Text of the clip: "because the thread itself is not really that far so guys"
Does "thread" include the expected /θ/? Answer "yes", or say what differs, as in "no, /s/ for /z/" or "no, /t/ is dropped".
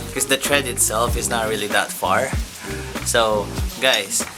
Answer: no, /t/ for /θ/